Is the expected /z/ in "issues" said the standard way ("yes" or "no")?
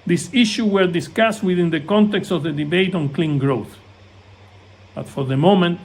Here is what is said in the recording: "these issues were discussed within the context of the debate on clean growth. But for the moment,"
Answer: no